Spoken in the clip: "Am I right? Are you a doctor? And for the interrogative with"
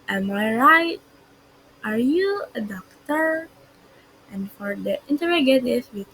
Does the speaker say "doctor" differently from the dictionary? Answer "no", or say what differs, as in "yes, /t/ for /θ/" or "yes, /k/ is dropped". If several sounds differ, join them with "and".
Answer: no